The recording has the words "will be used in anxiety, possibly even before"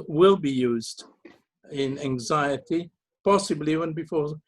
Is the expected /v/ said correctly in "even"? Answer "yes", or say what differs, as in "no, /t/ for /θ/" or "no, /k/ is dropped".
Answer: no, /w/ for /v/